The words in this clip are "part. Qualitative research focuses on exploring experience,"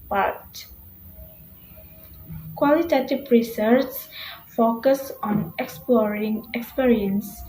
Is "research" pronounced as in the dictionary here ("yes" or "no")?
no